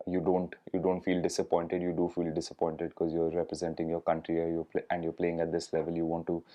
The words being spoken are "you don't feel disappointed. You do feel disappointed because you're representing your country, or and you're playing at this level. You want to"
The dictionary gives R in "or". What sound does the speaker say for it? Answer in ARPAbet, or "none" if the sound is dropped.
L